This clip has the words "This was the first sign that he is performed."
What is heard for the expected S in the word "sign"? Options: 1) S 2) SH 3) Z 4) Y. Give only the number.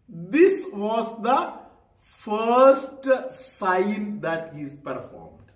1